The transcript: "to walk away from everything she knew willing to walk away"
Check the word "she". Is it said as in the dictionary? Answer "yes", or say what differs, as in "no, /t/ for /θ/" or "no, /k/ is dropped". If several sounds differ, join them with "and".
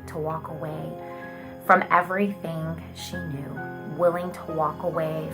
yes